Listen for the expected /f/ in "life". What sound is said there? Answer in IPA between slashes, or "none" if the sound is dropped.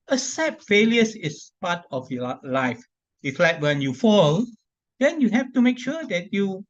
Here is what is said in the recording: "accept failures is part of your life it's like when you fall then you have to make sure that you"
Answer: /f/